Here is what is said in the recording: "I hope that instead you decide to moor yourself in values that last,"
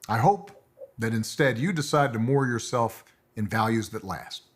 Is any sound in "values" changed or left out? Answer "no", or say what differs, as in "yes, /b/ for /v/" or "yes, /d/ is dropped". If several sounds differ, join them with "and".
no